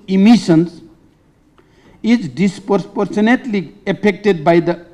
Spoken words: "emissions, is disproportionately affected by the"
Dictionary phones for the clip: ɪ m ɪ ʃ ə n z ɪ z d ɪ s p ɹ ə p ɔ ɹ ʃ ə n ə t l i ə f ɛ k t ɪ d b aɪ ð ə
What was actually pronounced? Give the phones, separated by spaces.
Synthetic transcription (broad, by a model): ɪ m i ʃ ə n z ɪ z d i s p ɹ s p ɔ ɹ s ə n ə t l i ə p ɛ k t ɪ d b aɪ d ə